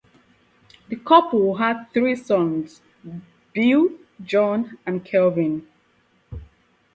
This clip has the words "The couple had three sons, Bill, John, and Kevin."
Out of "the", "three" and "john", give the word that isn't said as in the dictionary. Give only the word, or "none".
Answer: none